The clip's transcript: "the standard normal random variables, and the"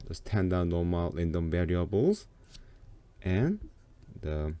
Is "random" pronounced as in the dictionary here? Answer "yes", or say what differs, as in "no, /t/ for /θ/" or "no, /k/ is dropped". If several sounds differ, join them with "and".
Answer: no, /l/ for /ɹ/